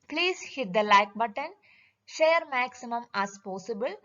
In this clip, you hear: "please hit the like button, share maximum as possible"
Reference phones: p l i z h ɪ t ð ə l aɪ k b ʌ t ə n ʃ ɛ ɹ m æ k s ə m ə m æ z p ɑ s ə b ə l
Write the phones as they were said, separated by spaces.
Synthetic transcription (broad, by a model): p l i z h ɪ t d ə l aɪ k b ʌ t ə n ʃ ɛ ɹ m æ k s ə m ə m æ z p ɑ s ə b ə l